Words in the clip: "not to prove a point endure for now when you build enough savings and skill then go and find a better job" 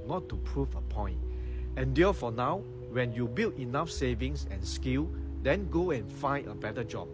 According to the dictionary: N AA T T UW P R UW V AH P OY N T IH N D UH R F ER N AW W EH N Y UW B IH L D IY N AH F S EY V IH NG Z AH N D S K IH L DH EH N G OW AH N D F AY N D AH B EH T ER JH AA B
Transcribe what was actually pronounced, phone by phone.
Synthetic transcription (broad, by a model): N AA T T UW P R UW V AH P OY N T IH N D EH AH F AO N AW W EH N Y UW B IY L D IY N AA F S EY V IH NG S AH N S K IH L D EH N G OW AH N F AY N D AH B EH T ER JH AA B